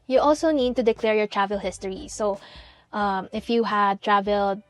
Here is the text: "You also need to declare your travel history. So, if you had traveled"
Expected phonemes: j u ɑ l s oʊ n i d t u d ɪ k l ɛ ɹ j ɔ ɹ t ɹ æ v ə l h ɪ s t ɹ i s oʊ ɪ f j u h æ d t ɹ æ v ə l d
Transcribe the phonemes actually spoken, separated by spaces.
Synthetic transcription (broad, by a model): j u ɑ l s oʊ n i d t u d ɪ k l ɛ ɹ j ɔ ɹ t ɹ æ v ə l h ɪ s t ɹ i s oʊ ɪ f j u h æ d t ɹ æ v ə l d